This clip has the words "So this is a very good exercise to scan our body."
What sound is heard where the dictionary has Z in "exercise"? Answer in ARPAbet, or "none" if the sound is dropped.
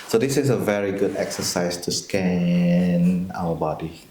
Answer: S